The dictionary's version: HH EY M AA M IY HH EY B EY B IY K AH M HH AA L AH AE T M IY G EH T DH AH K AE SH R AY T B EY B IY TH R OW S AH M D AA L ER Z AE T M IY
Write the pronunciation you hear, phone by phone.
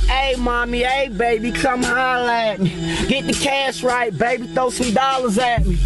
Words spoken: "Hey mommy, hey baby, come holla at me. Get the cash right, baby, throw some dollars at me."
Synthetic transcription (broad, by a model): EY M AA M IY EY B EY B IY K AH M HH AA L AE T M IY G EH T DH AH K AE S R AY T B EY B IY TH OW S AH M D AA L ER Z AE T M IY